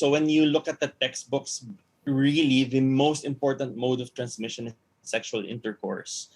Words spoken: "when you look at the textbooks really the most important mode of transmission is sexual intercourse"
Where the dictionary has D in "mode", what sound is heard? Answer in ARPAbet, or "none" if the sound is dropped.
D